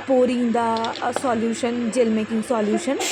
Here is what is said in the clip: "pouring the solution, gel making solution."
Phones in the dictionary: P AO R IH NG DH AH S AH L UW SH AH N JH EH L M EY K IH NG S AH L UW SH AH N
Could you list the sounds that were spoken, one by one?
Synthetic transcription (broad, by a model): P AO R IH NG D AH S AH L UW SH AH N JH EH L M EY K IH NG S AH L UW SH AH N